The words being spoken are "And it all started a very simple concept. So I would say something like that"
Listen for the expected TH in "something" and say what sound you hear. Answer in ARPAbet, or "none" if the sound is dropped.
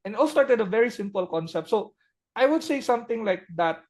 T